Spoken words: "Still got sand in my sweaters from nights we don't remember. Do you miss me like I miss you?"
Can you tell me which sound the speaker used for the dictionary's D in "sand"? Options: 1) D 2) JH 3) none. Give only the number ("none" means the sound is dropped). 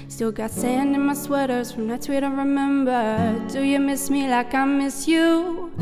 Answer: 1